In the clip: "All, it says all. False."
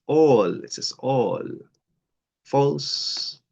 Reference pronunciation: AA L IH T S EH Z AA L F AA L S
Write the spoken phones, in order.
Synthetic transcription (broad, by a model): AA L IH T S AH S AA L F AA L S